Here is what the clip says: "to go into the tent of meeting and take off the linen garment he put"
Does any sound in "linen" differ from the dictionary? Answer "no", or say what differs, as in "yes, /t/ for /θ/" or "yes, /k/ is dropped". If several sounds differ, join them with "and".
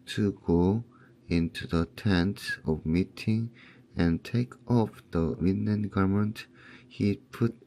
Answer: yes, /w/ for /l/